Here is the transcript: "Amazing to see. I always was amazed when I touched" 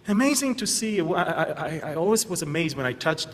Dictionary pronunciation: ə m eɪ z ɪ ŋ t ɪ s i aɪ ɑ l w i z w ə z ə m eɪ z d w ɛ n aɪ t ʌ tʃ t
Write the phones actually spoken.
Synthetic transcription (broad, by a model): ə m eɪ z ɪ ŋ t ɪ s i aɪ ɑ l w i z w ə z ə m eɪ z d w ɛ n aɪ t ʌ tʃ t